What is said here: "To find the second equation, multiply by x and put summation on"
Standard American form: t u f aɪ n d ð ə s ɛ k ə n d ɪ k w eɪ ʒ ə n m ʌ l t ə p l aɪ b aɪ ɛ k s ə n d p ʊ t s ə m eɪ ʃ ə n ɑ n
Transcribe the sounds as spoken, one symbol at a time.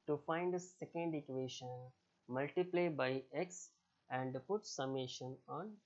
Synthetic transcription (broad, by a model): t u f aɪ n d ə s ɛ k ə n d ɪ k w eɪ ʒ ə n m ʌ l t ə p l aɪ b aɪ ɛ k s ə n d p ʊ t s ə m eɪ ʃ ə n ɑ n